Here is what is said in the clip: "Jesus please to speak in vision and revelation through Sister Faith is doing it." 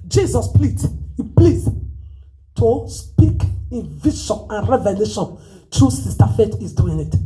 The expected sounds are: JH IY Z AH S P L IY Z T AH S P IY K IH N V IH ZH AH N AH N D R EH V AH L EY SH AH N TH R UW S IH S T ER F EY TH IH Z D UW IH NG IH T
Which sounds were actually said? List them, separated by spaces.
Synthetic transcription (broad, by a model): JH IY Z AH S P L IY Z T AH S P IY K IH N V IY SH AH N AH N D R EH V AH L EY SH AH N T R UW S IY S T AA F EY T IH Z D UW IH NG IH T